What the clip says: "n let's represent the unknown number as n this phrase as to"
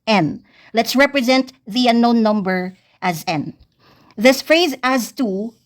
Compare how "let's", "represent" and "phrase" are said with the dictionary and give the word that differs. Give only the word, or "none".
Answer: none